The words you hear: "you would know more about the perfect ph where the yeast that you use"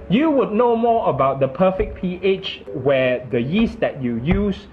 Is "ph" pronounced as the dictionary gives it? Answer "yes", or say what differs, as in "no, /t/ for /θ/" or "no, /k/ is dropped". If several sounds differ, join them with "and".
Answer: yes